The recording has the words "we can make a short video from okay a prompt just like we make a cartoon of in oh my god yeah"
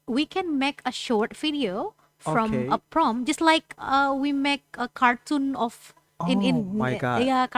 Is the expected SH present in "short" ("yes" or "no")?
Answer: yes